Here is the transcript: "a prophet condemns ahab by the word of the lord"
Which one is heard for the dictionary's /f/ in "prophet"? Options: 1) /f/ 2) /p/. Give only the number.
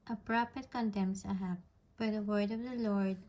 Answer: 2